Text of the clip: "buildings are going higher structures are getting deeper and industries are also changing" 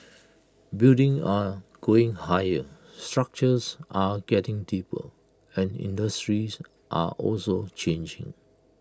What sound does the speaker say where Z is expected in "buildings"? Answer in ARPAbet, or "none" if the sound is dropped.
none